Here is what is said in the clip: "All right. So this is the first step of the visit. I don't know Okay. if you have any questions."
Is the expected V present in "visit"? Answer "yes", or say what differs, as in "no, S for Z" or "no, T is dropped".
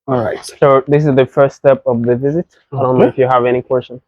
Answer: yes